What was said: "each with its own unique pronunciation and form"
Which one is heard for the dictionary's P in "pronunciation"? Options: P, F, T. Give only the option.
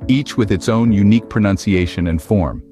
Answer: P